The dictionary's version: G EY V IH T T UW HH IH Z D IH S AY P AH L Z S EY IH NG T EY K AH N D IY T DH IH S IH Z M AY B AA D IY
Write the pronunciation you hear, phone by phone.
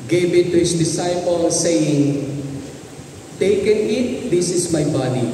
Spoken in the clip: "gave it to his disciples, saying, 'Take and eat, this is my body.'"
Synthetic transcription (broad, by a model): G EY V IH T T UW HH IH S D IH S AY P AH L S EY IH NG T EY K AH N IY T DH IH S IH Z M AY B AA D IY